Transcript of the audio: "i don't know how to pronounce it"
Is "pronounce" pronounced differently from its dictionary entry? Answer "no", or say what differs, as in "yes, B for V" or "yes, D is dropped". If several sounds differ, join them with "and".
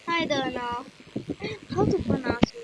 yes, R is dropped and N is dropped